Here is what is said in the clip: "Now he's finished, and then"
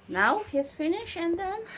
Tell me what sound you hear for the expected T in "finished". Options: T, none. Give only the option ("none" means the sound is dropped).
none